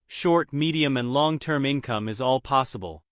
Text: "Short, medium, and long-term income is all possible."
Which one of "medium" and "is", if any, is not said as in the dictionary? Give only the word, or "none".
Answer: none